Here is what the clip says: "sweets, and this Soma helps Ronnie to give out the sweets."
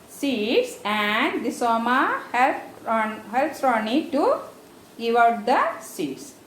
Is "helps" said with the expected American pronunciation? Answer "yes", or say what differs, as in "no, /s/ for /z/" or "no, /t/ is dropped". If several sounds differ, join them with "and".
yes